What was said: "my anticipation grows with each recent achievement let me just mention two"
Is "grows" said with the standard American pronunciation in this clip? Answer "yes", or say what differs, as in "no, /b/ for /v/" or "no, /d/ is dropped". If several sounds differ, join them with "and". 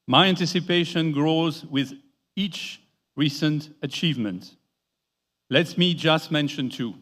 yes